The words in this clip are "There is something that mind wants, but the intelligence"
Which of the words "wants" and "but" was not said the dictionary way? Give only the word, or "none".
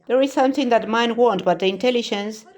wants